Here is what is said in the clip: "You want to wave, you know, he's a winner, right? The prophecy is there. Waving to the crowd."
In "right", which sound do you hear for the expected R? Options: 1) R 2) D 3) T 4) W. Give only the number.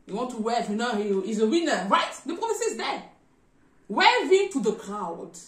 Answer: 1